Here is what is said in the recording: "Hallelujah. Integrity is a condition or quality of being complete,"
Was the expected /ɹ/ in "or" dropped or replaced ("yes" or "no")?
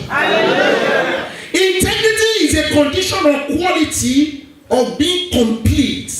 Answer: yes